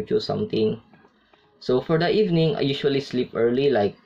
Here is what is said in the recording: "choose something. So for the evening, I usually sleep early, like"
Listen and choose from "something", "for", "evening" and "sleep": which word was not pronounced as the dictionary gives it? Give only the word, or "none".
something